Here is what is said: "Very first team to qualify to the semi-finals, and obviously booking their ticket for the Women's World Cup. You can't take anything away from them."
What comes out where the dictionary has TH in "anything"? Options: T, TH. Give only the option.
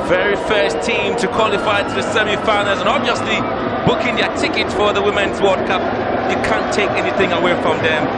TH